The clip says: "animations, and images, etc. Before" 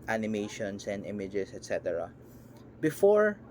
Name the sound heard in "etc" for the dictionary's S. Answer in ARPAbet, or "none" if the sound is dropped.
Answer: S